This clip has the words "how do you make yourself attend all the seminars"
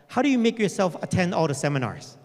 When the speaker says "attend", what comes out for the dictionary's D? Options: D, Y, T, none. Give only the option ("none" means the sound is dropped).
D